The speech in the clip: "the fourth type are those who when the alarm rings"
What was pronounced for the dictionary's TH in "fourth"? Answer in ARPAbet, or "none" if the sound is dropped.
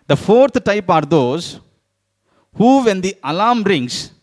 T